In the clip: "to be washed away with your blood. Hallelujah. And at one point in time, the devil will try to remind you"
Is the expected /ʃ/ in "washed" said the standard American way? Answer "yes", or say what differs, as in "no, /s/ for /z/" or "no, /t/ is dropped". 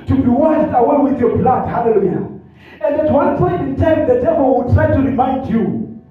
no, /s/ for /ʃ/